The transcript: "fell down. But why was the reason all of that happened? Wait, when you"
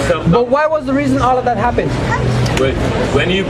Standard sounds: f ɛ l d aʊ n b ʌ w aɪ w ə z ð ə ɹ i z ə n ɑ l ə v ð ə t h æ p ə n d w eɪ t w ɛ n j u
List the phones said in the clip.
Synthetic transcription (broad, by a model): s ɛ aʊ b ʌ w aɪ w ə z ð ə ɹ i z ə n ɑ l ə v ð ə t h æ p ə n d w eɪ w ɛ n j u